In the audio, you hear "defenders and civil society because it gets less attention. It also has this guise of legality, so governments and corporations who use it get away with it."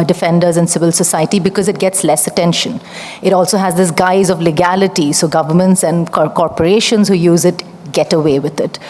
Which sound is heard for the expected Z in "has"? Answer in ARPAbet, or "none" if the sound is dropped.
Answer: Z